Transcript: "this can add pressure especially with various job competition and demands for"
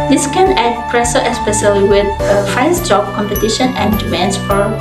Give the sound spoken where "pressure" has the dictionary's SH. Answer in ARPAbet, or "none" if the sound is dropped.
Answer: S